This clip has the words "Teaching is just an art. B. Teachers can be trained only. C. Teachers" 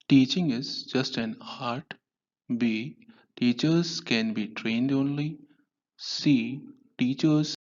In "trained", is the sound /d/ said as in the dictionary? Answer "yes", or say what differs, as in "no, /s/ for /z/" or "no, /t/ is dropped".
yes